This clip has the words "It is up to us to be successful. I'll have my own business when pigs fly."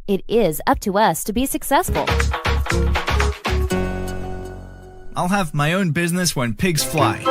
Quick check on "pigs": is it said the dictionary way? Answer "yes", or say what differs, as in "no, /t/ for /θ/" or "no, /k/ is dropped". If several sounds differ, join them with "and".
yes